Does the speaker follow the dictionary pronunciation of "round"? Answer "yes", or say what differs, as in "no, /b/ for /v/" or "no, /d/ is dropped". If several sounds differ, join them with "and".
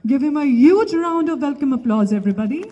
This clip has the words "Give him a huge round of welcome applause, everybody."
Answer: yes